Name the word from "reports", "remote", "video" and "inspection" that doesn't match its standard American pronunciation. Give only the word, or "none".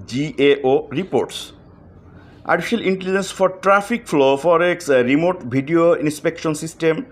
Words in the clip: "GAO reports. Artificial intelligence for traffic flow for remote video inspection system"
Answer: video